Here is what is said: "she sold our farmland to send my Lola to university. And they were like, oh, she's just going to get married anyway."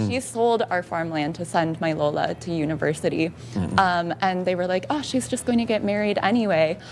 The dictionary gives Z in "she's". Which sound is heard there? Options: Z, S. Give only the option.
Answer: Z